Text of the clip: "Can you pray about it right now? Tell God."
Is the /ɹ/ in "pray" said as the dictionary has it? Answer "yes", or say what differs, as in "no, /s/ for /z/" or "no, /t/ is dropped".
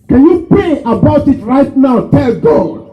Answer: no, /ɹ/ is dropped